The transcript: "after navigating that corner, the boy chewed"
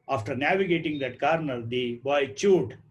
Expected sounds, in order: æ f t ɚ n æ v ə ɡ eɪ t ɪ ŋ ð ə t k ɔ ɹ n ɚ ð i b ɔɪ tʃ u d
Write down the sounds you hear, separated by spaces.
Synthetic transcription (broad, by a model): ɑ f t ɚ n æ v ə ɡ eɪ t ɪ ŋ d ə t k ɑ ɹ n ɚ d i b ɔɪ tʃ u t